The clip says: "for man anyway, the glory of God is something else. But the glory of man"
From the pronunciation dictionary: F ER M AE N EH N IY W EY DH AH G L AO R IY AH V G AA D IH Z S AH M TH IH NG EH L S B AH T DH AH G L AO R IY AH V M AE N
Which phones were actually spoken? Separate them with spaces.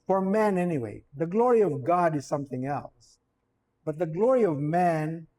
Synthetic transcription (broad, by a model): F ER M AE N EH N IY W EY DH AH G L AO R IY AH V G AA D IH Z S AH M TH IH NG EH L S B AH T DH AH G L AO R IY AH V M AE N